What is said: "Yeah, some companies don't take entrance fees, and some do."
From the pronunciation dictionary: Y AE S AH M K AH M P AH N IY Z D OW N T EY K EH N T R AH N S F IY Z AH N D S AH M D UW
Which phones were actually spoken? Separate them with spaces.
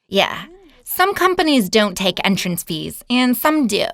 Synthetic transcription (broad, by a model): Y AE S AH M K AH M P AH N IY Z D OW N T EY K EH N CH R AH N S F IY Z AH N S AH M D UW